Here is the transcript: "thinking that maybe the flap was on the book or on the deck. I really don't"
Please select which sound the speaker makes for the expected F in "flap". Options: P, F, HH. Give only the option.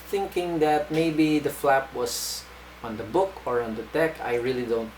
F